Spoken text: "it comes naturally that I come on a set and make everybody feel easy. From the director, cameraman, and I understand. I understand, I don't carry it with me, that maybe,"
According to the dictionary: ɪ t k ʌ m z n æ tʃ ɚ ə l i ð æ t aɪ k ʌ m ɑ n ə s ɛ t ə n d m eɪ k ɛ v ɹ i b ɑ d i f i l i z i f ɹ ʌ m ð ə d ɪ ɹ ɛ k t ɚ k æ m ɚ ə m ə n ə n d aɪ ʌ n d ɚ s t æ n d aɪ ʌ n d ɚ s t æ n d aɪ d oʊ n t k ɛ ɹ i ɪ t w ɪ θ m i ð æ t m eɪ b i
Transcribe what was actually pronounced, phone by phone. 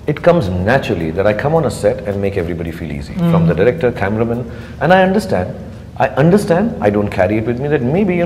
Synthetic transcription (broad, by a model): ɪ t k ʌ m z n æ tʃ ɚ ə l i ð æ t aɪ k ʌ m ɑ n ə s ɛ t ə n d m eɪ k ɛ v ɹ i b ɑ d i f i l i z i f ɹ ʌ m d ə d ɪ ɹ ɛ k t ɚ k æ m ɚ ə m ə n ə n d aɪ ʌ n d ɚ s t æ n d aɪ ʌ n d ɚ s t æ n d aɪ d oʊ n t k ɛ ɹ i ɪ t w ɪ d m i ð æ t m eɪ b i